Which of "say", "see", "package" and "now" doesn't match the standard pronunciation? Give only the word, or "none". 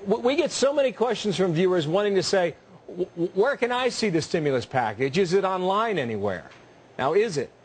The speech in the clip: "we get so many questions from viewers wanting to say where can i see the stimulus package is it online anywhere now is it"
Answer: none